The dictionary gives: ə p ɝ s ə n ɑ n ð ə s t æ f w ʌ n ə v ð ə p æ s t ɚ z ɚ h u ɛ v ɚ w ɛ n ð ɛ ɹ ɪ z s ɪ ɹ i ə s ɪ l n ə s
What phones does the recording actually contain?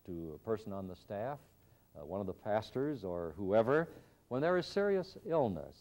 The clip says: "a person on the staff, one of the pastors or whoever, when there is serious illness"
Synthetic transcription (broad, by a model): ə p ɝ s ə n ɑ n ð ə s t æ f w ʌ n ə v ð ə p æ s t ɚ z ɚ h u ɛ v ɚ w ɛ n ð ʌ ɹ ɪ z s ɪ ɹ i ə s ɪ l n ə s